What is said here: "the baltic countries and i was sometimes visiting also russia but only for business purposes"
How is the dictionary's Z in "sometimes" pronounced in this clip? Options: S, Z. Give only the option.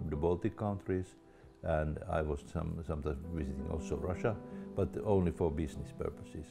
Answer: S